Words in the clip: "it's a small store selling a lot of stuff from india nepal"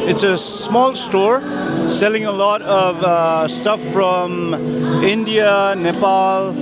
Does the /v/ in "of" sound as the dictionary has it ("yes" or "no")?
yes